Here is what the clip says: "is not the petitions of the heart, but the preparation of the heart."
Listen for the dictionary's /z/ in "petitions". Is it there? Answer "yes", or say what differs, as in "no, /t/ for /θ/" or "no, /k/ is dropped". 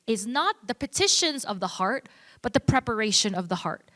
yes